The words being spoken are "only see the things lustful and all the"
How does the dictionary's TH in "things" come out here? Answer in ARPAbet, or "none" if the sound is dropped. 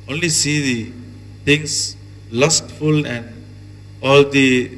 T